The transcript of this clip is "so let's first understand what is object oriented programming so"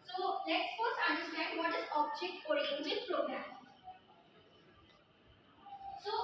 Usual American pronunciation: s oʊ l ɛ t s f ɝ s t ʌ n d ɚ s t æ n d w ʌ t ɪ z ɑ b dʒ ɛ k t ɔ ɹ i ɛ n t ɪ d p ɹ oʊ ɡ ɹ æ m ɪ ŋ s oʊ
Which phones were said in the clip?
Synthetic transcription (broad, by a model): s oʊ l ɛ t s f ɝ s ʌ n d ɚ s t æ n d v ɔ t ɪ z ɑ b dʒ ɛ k t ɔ ɹ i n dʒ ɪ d p ɹ oʊ ɡ ɹ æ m s oʊ